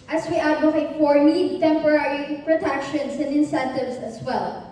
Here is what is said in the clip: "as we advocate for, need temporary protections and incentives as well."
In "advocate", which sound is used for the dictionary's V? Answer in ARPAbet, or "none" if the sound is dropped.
none